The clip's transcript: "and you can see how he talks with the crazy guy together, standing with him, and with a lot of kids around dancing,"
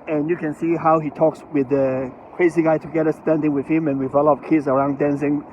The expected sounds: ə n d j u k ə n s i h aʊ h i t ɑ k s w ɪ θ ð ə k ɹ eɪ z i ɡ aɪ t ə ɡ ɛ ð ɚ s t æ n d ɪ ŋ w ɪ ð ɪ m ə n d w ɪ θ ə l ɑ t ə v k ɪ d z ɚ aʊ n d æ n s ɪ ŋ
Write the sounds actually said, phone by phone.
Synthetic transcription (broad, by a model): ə n j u k ə n s i h aʊ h i t ɑ k s w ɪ ð ə k ɹ eɪ z i ɡ aɪ t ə ɡ ɛ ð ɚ s t æ n d ɪ ŋ w ɪ ð ɪ m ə n w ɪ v ə l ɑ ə p k ɪ d z ɚ aʊ n d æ n s ɪ ŋ